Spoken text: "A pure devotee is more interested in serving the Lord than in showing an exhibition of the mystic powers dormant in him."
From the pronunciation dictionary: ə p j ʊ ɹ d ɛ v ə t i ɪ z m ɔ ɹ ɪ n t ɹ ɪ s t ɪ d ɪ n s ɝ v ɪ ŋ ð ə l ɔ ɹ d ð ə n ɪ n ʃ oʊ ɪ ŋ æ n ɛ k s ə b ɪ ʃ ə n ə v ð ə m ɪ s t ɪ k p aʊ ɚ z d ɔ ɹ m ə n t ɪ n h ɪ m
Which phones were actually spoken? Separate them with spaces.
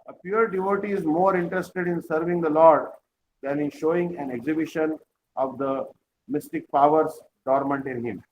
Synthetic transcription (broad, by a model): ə p j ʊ ɹ d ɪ v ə t i ɪ z m ɔ ɹ ɪ n t ɹ ɪ s t ɪ d ɪ n s ɝ v ɪ ŋ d ə l ɔ ɹ d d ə n ɪ n ʃ oʊ ɪ ŋ æ n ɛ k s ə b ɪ ʃ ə n ə v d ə m ɪ s t ɪ k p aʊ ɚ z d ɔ ɹ m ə n t ɪ n h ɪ m